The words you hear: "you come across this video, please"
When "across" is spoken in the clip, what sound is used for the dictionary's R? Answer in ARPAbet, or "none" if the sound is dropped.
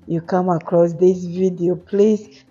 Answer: R